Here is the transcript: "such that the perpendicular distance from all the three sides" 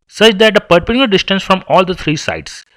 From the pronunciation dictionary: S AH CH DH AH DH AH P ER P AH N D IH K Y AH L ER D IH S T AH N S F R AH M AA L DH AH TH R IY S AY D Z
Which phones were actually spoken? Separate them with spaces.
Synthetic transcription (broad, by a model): S AH CH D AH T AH P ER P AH D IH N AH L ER D IH S T AH N S F R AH M AA L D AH T R IY S AY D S